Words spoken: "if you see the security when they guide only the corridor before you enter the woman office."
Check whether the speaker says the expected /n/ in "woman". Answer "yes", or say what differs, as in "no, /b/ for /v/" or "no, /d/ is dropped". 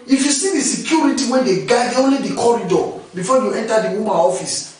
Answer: no, /n/ is dropped